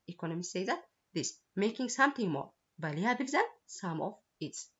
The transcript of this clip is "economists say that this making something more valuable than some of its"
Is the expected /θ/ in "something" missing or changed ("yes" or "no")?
yes